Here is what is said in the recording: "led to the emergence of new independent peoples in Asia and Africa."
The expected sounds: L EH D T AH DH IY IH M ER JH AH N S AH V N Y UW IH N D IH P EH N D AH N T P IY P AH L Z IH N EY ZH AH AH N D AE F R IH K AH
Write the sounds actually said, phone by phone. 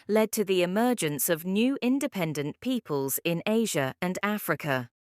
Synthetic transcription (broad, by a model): L EH D T AH DH IY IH M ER JH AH N S AH V N Y UW IH N D IH P EH N D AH N P IY P AH L Z IH N EY ZH AH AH N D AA F R IH K AH